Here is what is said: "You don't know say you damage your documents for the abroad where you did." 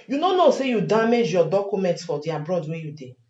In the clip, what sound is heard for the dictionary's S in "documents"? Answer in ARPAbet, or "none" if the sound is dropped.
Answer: S